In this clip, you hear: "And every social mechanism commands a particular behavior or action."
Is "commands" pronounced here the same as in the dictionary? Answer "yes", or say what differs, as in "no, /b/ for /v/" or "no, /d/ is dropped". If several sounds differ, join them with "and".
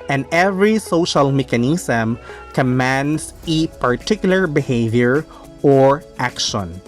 no, /s/ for /z/